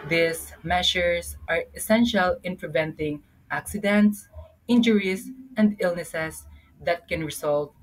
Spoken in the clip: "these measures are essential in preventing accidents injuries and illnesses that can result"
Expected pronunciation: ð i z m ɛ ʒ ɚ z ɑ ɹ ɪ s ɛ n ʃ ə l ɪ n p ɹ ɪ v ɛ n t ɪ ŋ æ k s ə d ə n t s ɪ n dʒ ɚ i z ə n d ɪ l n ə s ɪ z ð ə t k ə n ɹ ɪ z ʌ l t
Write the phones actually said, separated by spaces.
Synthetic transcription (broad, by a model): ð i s m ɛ ʃ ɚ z ɑ ɹ ɪ s ɛ n ʃ ə l ɪ n p ɹ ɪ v ɛ n t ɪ ŋ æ k s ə d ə n t s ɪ n dʒ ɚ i s ə n d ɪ l n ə s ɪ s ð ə t k ə n ɹ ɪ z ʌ l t